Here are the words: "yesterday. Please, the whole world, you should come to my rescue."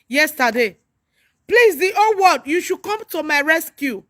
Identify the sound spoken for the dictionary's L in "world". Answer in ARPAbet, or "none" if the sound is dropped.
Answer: none